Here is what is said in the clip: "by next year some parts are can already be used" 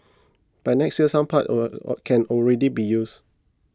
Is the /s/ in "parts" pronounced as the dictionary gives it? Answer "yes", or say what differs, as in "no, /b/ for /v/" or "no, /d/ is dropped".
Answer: no, /s/ is dropped